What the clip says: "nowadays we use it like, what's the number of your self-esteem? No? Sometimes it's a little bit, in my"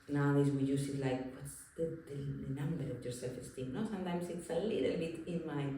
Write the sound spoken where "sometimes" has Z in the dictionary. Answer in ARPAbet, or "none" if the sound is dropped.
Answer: S